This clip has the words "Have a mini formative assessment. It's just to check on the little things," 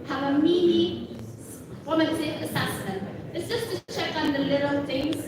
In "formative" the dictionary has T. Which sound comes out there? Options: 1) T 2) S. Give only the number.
2